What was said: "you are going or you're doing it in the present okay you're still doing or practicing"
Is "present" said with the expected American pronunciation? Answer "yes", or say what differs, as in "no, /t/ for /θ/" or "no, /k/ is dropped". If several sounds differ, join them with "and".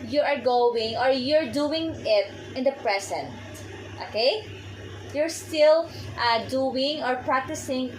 no, /s/ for /z/